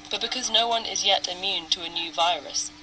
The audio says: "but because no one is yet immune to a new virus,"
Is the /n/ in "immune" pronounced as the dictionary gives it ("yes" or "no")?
yes